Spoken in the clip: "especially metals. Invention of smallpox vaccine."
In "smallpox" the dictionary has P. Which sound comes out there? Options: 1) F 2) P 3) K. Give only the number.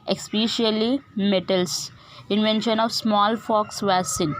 1